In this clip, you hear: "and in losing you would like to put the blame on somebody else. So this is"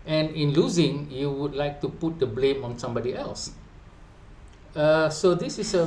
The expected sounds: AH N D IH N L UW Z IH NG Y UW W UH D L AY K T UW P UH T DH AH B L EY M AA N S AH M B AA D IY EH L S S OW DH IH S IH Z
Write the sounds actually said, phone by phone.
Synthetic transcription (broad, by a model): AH N IH N L UW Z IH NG Y UW W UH D L AY K T UW P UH T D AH B L EY M AA N S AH M B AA D IY EH L S S OW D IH S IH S